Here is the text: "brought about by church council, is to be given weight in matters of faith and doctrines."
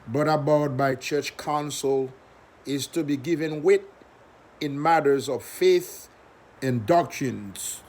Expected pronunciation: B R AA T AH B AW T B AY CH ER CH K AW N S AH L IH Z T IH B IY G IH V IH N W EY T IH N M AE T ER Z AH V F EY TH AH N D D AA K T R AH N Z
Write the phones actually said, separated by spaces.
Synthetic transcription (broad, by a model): B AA T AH B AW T B AY CH ER CH K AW N S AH L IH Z T IH B IY G IH V IH N W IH T IH N M AE T ER Z AH V F EY TH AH N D D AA K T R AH N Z